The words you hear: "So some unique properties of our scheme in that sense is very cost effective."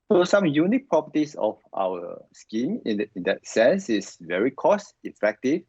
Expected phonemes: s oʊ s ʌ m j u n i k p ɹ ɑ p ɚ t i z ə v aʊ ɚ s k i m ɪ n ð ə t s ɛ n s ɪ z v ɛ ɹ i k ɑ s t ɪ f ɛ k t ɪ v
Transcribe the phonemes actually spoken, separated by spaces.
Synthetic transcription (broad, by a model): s oʊ s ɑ m j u n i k p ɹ ɑ p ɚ t i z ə f aʊ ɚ s k i m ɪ n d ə t s ɛ n s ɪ s v ɛ ɹ i k ɑ s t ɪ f ɛ k t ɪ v